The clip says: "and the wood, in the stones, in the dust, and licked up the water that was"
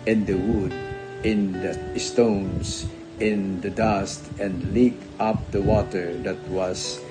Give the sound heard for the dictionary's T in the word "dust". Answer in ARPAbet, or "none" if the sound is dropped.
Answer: T